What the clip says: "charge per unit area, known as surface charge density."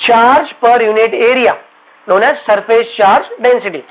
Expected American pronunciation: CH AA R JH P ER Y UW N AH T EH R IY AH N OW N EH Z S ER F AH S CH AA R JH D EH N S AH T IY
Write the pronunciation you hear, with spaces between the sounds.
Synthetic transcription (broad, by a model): CH AA R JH P ER Y UW N AH T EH R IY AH N OW N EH S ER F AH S CH AA R JH D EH N S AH T IY